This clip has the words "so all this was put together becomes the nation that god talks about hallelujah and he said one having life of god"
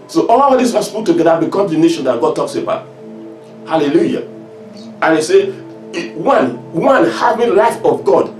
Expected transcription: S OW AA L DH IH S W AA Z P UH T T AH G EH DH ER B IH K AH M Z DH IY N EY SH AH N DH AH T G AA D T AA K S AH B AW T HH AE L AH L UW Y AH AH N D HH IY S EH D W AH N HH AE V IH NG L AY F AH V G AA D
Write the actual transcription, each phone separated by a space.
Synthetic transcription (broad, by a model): S OW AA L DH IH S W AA S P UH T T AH G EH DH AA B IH K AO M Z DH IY N EY SH AH N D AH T G AA D T AA K S AH B AW T HH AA L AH L UW Y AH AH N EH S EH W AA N W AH N HH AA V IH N L AY F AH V G AA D